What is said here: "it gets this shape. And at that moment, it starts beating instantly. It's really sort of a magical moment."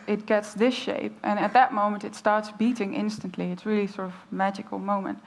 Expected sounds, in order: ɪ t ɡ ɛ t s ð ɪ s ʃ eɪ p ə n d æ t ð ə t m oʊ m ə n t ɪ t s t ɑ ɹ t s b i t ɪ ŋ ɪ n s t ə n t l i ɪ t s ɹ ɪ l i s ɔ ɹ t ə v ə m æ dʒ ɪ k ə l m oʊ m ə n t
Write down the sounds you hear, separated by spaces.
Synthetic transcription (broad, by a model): ɪ t ɡ ɛ t s ð ɪ s ʃ eɪ p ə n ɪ t ð ə t m oʊ m ə n t ɪ t s t ɑ ɹ t s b i t ɪ ŋ ɪ n s t ə n t l i ɪ t s ɹ ɪ l i s ɔ ɹ t ə v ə m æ dʒ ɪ k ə l m oʊ m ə n t